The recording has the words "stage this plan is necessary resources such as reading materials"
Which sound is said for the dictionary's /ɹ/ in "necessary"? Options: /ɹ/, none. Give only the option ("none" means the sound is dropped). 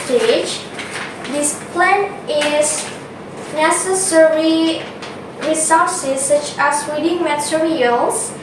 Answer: /ɹ/